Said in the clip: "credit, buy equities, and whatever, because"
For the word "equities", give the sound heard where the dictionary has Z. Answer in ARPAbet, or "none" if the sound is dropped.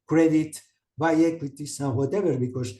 S